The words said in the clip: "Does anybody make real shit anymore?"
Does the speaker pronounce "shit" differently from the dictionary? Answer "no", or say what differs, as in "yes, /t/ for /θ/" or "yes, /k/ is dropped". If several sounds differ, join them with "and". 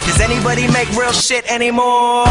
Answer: no